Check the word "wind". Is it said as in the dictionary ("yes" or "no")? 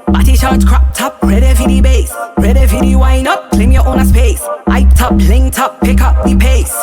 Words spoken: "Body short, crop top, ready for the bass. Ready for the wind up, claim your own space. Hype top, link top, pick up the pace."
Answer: no